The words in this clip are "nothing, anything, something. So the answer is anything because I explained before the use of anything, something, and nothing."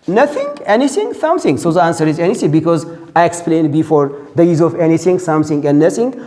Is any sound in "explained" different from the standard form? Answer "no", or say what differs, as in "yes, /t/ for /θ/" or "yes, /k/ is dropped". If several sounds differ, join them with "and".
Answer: no